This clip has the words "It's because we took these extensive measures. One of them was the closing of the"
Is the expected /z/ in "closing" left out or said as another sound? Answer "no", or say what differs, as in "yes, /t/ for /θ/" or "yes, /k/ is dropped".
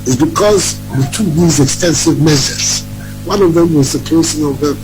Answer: yes, /s/ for /z/